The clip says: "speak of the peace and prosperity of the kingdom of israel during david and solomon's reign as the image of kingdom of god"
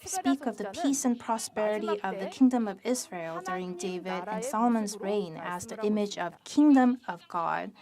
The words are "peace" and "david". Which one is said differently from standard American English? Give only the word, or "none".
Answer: none